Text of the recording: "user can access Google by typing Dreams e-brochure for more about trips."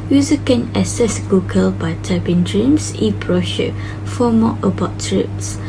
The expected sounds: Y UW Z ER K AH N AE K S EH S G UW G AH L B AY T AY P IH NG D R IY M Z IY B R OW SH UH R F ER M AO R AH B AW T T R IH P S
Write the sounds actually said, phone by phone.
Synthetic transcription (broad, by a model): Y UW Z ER K AH N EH S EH S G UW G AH L B AY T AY B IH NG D R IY M S IY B R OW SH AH F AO M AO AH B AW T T R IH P S